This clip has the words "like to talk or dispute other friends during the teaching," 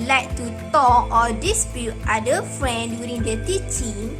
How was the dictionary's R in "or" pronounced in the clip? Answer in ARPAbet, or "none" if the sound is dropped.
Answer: L